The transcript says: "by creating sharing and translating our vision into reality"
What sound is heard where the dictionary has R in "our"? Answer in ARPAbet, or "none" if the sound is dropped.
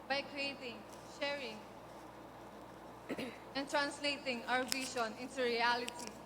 W